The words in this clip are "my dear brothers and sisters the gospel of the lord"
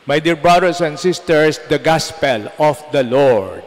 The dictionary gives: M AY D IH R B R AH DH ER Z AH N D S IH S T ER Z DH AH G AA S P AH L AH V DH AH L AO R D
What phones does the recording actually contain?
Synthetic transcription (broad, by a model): M AY D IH R B R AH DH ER S AH N D S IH S T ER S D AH G AA S P AH L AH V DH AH L AO R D